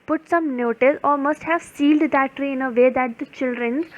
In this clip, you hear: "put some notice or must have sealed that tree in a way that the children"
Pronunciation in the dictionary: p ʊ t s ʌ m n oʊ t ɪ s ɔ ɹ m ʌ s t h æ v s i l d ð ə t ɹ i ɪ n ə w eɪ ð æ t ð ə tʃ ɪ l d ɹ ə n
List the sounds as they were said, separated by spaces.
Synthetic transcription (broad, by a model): p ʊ t s ʌ m n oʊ t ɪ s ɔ l m ʌ s t h æ v s i l d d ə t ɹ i ɪ n ə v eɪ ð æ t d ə tʃ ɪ l d ɹ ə n